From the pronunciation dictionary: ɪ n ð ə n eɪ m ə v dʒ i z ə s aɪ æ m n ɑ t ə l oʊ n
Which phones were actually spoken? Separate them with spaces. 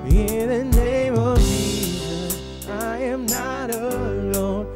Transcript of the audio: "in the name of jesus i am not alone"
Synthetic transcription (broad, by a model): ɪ ð ə n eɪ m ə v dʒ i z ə aɪ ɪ m n ɑ t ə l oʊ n